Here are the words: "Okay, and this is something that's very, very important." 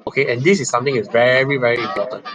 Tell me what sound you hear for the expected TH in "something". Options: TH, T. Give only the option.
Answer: T